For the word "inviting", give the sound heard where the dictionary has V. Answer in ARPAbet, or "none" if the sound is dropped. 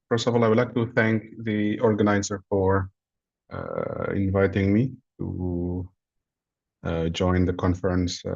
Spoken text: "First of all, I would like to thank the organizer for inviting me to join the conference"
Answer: V